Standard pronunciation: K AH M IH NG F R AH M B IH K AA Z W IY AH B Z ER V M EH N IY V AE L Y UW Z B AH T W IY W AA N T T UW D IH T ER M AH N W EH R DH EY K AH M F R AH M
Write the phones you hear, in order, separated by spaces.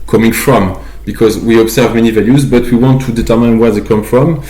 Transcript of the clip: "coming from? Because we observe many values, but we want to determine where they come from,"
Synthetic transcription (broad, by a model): K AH M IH NG F R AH M B IH K AA Z W IY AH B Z ER V M EH N IY V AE L Y UW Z B AH T W IY W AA N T T UW D IH T ER M AH N W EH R DH EY K AH M F R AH M